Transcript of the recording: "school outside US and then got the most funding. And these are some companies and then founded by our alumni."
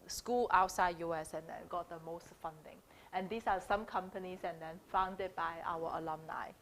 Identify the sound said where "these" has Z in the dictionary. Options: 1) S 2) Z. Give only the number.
1